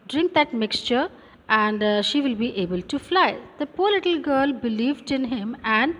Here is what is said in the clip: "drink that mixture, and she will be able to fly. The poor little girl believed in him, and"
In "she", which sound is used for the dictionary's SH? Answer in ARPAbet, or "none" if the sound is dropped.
SH